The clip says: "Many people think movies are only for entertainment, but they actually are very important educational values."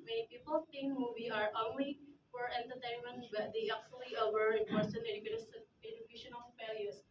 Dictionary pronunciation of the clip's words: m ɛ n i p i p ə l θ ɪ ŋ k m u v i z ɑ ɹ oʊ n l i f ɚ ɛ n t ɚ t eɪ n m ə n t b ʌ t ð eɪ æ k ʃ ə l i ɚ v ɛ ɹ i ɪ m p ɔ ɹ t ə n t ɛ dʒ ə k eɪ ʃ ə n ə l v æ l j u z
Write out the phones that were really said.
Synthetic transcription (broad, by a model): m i p i p ə l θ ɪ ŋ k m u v i ɑ ɹ oʊ n l i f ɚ ɛ n t ɚ t eɪ n m ə n t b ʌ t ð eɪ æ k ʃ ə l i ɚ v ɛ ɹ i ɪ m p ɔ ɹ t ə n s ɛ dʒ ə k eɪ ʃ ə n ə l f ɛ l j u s